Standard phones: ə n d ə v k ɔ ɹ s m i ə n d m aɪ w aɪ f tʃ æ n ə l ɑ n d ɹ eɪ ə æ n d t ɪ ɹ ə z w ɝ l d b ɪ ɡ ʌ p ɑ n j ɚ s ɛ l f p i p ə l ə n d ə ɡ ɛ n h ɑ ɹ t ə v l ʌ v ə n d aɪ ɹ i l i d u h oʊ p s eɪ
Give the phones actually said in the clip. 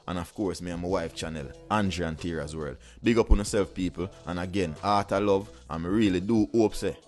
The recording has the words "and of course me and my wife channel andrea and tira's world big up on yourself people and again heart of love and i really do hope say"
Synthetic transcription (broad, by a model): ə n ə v k ɔ ɹ s m i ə m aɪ w aɪ f tʃ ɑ n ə l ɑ n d ɹ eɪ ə n t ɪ ɹ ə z w ɝ l d b ɪ ɡ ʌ p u n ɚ s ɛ l f p i p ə l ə n ə ɡ ɛ n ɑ t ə l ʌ v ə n ɹ i l i d u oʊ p s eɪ